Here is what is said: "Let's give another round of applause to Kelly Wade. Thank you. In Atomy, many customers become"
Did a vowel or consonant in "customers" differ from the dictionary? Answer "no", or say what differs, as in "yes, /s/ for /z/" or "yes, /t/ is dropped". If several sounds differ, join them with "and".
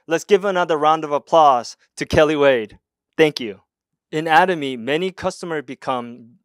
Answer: no